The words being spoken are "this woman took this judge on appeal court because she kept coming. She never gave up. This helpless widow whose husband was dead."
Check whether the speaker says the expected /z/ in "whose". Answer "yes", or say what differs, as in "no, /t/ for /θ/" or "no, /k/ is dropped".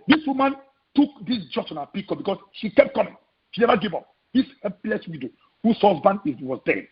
no, /s/ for /z/